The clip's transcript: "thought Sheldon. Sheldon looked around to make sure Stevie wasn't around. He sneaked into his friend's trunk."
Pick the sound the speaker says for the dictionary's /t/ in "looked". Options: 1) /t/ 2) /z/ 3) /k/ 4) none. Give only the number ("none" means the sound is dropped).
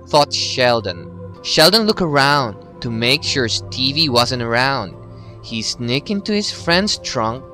4